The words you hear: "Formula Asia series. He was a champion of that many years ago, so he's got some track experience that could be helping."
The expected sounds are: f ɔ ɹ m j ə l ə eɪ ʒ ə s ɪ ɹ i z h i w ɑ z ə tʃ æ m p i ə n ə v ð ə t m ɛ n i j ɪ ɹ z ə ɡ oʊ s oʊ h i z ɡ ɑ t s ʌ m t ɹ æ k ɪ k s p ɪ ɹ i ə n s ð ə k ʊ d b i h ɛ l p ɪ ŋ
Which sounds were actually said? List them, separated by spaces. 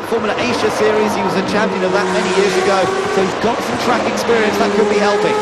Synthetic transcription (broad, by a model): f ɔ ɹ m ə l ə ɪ ʃ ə s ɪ ɹ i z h i w ɑ z ə tʃ æ m p i ə n ə v ð ə t m ɛ n i j ɪ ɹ z ə ɡ oʊ s oʊ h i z ɡ ɑ t s ʌ m t ɹ æ k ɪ k s p ɪ ɹ i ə n s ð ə k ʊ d b i h ɛ l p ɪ